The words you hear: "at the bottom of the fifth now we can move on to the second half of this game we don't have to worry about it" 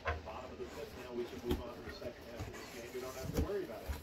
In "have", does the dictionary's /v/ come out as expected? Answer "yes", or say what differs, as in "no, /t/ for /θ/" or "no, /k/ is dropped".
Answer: no, /f/ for /v/